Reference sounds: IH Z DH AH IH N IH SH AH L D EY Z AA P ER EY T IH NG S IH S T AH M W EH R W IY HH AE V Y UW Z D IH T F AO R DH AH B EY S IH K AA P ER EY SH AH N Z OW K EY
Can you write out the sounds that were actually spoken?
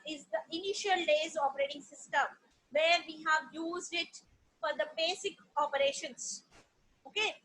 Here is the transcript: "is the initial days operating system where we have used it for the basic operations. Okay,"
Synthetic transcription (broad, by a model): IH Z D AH IH N IH SH AH L D EY Z AA P ER EY T IH NG S IH S T AH M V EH R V IY HH AE V Y UW Z D IH T F AO R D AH B EY S IH K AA P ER EY SH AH N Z OW K EY